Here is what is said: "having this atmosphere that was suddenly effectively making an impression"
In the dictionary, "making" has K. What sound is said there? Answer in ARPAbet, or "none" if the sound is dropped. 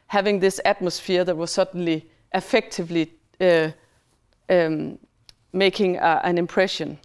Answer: K